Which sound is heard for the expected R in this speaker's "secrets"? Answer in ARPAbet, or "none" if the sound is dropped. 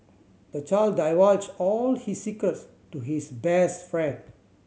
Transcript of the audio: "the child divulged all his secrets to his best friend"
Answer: none